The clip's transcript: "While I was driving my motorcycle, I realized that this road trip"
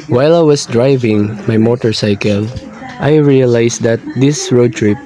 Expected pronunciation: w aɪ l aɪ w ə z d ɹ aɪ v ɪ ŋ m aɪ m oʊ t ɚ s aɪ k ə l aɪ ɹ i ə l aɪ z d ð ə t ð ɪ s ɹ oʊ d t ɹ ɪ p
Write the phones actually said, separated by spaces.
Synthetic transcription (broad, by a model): w aɪ l aɪ w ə s d ɹ aɪ v ɪ ŋ m aɪ m oʊ t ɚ s aɪ k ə l aɪ ɹ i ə l aɪ s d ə t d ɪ s ɹ oʊ d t ɹ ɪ p